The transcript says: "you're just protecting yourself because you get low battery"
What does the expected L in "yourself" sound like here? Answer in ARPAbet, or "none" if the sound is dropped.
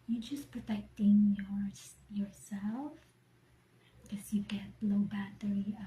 L